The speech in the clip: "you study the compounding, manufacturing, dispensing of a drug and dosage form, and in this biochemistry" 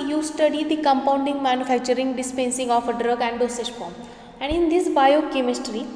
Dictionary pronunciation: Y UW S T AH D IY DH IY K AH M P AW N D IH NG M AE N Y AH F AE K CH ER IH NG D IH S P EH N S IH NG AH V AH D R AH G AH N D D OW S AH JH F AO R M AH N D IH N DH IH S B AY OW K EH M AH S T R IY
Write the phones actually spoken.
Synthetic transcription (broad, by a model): Y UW S T AH D IY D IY K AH M P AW N D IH NG M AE N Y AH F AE K CH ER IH NG D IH S P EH N S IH NG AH F AH D R AH G AH N D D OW S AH SH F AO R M AH N D IH N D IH S B AY OW K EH M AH S T R IY